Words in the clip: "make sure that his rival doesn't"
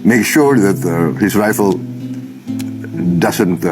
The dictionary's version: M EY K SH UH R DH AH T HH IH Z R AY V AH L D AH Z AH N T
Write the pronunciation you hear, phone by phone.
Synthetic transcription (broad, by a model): M EY K SH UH R DH AH T HH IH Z R AY F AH L D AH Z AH N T